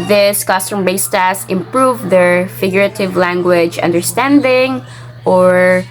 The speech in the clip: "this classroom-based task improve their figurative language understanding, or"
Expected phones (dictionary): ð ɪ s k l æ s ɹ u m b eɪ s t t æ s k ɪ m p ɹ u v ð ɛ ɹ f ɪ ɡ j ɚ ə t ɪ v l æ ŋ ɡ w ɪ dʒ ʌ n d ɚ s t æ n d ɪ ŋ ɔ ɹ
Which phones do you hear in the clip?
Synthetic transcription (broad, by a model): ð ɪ s k ʌ s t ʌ m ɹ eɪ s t t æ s ɪ m p ɹ u v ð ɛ ɹ f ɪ ɡ j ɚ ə t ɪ v l æ ŋ ɡ w ɪ dʒ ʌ n d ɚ s t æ n d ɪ ŋ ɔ ɹ